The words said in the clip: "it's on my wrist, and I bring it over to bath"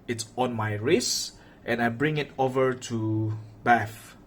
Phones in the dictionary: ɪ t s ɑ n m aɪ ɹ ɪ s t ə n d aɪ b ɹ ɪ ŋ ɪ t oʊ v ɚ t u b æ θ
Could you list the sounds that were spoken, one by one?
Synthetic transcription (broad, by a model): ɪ t s ɑ n m aɪ ɹ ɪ s t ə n aɪ b ɹ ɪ ŋ ɪ t oʊ v ɚ t u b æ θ